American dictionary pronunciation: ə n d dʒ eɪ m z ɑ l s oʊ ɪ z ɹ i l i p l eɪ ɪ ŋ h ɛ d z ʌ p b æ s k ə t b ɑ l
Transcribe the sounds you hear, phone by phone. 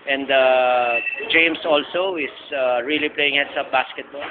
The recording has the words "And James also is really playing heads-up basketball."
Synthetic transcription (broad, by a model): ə n d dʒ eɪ m s ɑ l s oʊ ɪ s ɹ i l i p l eɪ ɪ ŋ h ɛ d s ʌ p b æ s k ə t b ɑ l